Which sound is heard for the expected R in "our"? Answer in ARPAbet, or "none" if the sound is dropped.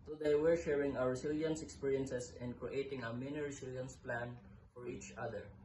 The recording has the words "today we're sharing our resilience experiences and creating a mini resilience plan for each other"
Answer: W